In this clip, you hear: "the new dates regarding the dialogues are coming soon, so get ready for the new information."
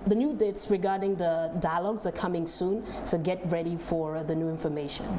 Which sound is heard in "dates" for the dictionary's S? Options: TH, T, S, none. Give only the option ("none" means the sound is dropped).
S